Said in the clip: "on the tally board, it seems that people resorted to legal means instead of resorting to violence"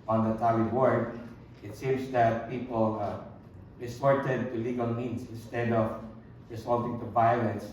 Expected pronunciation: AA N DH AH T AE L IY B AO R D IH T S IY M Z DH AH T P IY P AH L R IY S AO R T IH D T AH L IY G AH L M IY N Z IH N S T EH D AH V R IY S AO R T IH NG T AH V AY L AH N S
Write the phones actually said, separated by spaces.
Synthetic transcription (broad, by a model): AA N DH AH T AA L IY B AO R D IH T S IY M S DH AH T P IY P AH L R IY S AO R T IH D T AH L IY G AH L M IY N S IH N S T EH D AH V R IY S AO L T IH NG T AH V AY L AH N S